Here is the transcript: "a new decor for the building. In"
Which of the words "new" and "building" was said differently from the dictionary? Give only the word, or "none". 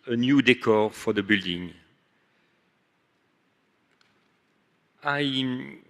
none